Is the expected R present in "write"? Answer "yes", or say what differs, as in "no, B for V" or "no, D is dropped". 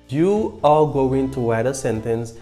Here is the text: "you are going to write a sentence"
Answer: no, W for R